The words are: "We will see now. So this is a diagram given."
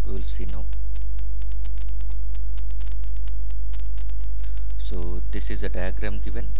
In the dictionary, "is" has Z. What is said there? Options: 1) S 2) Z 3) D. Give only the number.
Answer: 2